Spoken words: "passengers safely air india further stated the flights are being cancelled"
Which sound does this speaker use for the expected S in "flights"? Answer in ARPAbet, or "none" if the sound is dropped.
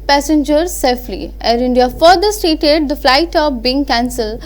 none